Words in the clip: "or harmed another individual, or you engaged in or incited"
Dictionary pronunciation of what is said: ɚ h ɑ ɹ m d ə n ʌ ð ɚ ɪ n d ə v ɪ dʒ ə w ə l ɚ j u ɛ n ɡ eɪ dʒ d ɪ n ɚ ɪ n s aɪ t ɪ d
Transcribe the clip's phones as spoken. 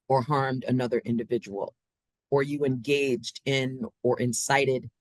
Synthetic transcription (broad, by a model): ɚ h ɑ ɹ m d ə n ʌ ð ɚ ɪ n d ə v ɪ dʒ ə w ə l ɚ j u ɛ n ɡ eɪ dʒ d ɪ n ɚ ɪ n s aɪ t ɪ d